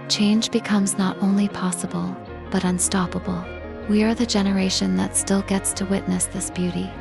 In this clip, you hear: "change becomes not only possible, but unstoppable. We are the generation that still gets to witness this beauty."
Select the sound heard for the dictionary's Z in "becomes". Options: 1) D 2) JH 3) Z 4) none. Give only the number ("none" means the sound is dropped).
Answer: 3